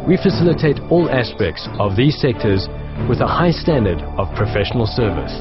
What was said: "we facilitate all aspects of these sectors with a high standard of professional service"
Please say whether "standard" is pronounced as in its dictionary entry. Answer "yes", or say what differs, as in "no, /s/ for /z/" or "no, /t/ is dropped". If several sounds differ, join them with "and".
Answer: yes